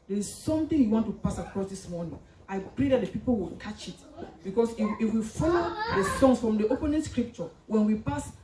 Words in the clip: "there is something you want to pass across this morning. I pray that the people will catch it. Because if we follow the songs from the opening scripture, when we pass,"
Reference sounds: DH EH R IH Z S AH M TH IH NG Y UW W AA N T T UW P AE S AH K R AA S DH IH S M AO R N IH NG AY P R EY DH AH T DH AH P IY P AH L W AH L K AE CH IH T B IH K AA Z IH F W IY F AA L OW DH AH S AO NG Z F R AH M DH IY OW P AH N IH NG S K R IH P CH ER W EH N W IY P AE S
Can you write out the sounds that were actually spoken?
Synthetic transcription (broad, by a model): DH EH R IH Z S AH M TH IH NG Y UW W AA N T T UW P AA S AH K R AA S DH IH S M AO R N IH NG AY P R EY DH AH T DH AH P IY P AH L W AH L K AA CH IH T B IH K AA S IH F W IY F AA L OW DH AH S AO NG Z F R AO M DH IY OW P AH N IH NG S K R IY P CH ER W EH N W IY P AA S